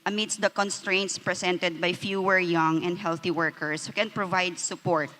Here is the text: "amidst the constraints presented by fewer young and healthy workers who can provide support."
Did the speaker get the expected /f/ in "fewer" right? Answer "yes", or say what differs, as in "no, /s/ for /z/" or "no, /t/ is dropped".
yes